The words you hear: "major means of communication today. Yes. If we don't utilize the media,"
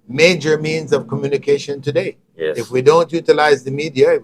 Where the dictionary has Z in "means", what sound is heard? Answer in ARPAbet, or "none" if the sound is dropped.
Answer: Z